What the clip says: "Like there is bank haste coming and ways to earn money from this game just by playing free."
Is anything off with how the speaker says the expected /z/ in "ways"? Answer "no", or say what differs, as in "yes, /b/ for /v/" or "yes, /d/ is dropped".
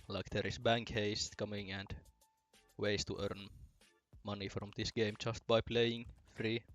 yes, /s/ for /z/